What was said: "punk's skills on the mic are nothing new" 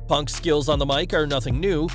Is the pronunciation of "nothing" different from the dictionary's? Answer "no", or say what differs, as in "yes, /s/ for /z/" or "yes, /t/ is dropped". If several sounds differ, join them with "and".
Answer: no